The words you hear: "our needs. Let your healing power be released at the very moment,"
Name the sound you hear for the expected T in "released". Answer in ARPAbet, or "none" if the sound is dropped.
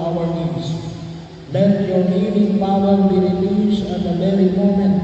none